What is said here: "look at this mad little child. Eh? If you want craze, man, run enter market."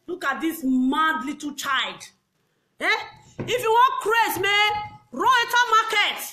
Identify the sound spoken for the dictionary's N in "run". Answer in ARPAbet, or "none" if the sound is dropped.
none